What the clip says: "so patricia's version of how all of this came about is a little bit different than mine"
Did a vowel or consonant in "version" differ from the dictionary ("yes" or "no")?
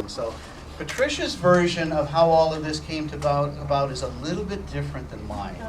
no